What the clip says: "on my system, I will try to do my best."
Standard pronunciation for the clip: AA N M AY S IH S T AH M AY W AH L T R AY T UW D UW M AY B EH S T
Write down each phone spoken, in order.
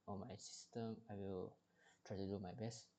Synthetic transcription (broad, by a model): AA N M AY S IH S T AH M AY W AH L T R AY T UW D UW M AY B EH S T